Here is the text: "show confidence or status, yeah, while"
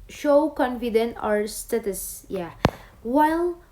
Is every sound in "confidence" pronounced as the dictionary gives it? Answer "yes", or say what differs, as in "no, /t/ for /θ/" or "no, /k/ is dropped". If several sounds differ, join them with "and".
no, /s/ is dropped